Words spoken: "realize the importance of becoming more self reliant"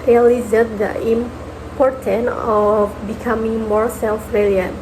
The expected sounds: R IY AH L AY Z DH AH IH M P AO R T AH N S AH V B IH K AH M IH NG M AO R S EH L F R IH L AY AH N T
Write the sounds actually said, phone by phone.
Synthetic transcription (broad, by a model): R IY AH L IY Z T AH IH M P AO R T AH N AH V B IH K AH M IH NG M AO R S EH L F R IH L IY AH N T